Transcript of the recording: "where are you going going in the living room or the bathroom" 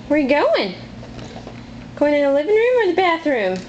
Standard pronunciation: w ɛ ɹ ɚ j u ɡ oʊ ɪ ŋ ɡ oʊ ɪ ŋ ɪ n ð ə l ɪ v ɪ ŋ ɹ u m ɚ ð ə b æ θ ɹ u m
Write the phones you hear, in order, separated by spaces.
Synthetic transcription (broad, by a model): w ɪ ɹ ɡ oʊ ɪ ŋ ɡ oʊ ɪ ŋ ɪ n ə l ɪ v ɪ ŋ ɹ u m ɚ ð ə b æ θ ɹ u m